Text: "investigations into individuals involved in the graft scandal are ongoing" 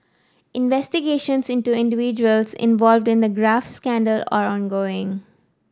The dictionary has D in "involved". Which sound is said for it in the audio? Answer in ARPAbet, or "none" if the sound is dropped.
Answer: D